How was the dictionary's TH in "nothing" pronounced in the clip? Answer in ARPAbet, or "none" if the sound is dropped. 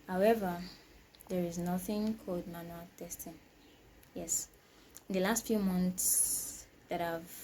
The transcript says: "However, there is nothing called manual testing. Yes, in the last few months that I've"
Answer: TH